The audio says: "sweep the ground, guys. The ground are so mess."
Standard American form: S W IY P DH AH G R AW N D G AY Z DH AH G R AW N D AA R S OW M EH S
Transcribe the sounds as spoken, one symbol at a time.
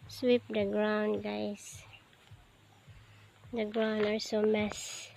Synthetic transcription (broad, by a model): S W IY P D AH G R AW N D G AY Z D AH G R AW N D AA L S OW M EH S